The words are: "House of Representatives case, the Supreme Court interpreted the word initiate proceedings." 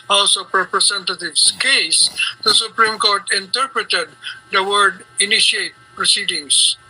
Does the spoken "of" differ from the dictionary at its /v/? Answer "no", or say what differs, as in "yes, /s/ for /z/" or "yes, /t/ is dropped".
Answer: yes, /p/ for /v/